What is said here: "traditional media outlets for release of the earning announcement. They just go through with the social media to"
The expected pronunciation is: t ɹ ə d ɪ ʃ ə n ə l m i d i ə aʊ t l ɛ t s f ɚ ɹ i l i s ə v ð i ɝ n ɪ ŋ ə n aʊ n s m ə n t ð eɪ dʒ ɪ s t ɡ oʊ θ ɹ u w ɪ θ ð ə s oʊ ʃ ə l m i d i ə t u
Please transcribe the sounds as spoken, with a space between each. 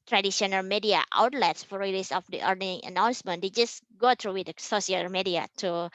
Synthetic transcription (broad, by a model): t ɹ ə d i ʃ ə n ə l m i d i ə aʊ t l ɛ t s f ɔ ɹ i l i s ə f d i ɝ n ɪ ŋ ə n aʊ n s m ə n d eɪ dʒ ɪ s ɡ oʊ t ɹ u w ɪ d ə s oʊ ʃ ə l m i d i ə t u